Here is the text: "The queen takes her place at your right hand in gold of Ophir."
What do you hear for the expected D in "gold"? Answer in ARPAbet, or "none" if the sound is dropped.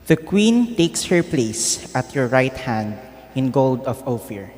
D